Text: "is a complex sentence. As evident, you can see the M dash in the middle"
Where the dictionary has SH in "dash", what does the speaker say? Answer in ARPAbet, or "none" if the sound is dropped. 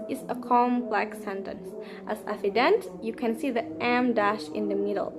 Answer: SH